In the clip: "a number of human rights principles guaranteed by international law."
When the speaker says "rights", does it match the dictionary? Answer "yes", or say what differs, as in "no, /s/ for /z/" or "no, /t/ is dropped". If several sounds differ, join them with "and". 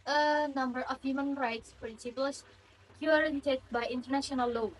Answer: yes